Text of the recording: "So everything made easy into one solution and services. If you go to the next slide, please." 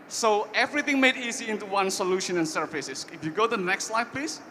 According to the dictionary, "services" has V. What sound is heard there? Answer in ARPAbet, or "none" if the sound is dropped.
F